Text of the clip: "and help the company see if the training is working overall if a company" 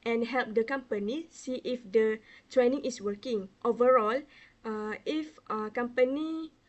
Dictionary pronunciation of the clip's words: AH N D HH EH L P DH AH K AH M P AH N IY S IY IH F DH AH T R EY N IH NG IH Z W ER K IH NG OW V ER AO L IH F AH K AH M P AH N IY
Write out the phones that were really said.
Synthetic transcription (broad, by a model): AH N HH EH L P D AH K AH M P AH N IY S IY IH F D AH T R EY N IH NG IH S W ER K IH NG OW V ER AO L IH F AH K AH M P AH N IY